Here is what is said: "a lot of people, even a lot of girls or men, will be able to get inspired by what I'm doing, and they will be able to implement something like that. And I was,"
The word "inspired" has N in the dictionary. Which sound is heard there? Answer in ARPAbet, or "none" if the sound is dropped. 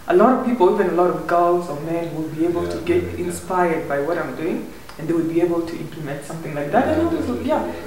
N